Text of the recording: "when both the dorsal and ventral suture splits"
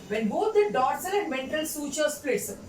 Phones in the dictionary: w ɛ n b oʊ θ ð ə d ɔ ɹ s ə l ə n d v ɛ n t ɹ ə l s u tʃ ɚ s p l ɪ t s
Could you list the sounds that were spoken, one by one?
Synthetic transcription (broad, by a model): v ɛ n b oʊ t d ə d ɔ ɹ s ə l ə n d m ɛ n t ə l s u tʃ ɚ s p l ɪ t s